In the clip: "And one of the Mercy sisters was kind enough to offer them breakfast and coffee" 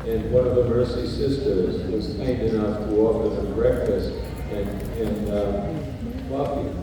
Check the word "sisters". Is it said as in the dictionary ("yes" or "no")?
yes